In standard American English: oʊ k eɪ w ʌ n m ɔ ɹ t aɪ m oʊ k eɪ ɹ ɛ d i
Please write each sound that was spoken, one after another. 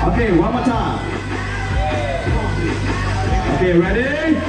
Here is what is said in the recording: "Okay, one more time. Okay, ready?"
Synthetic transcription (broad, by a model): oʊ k eɪ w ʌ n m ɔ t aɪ oʊ k eɪ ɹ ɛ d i